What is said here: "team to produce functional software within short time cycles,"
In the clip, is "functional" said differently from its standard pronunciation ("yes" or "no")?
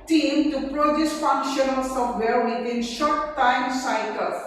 no